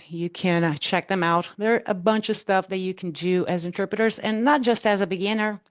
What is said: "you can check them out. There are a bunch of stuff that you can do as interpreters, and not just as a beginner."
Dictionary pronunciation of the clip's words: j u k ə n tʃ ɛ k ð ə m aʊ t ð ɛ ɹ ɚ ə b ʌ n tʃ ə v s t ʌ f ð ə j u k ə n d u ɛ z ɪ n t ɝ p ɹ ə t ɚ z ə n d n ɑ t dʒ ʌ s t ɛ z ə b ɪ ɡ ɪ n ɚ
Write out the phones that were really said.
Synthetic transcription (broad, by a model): j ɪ k ə n tʃ ɛ k ð ə m aʊ t ð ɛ ɹ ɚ ə b ʌ n tʃ ə v s t ʌ f ð ə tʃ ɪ k n d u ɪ z ɪ n t ɝ p ɹ ə t ɚ z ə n n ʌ t dʒ ʌ s t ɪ z ə b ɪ ɡ ɪ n ɚ